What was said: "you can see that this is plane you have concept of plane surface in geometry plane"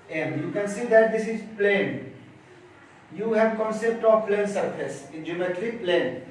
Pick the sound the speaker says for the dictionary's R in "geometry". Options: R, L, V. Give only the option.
L